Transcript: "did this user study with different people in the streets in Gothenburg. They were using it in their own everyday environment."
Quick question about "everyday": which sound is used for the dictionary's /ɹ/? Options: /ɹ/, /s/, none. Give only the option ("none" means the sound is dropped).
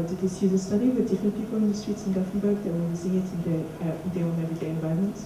none